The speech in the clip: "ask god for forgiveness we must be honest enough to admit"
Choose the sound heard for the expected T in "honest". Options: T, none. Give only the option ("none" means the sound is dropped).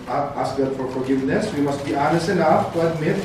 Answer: none